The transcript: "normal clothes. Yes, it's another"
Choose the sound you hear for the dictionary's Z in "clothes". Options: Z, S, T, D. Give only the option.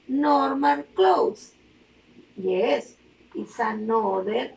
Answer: S